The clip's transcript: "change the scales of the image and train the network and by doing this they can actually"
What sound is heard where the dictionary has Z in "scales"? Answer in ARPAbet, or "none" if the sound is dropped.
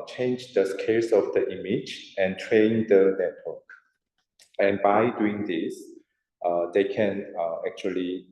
S